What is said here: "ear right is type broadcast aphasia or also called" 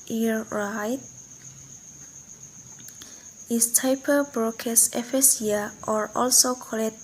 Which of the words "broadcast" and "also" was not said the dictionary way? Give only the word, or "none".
broadcast